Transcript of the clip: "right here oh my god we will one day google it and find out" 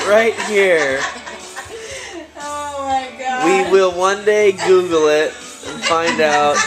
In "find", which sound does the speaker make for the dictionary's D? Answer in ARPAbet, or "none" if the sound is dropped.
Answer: D